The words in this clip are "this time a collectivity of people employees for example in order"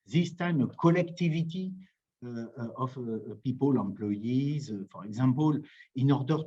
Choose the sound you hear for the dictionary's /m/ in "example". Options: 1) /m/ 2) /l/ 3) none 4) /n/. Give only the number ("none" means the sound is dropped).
3